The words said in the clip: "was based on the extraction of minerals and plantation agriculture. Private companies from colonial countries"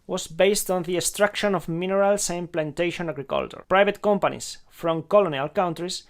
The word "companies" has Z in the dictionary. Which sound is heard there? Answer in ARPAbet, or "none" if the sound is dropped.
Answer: S